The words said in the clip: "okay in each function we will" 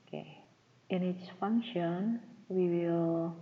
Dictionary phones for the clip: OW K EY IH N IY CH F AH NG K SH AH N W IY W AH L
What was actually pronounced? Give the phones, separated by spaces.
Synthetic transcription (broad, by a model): K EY IH N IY S F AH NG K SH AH N W IY W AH L